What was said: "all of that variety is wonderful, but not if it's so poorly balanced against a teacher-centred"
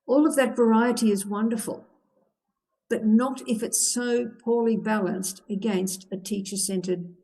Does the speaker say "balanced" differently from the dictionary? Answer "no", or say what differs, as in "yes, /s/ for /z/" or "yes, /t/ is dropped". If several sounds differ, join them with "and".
no